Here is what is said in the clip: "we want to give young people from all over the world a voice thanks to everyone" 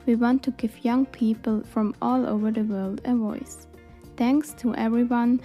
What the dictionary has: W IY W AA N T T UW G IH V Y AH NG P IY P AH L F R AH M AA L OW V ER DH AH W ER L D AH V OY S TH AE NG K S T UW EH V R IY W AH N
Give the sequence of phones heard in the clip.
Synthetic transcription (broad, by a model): W IY W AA N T T UW G IH V Y AH NG P IY P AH L F R AH M AA L OW V ER DH AH W ER L D AH V OY S TH AE NG K S T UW EH V R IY W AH N